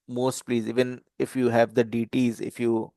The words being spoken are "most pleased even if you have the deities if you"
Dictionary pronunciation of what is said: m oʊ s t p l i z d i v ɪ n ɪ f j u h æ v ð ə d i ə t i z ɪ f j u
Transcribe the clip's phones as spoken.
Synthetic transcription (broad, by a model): m oʊ s t p l i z i v ɪ n ɪ f j u h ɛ v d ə d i t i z ɪ f j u